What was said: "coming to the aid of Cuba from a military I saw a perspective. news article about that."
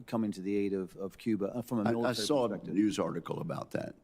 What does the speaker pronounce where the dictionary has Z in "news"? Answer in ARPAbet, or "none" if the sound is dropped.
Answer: Z